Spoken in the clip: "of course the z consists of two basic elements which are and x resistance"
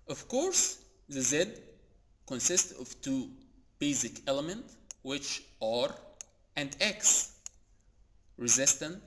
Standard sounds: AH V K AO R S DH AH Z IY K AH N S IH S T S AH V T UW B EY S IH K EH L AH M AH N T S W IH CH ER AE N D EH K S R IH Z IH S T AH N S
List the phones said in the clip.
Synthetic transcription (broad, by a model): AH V K AO R S DH AH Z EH K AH N S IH S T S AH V T UW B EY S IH K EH L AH M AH N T W IH CH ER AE N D EH K S R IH Z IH S T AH N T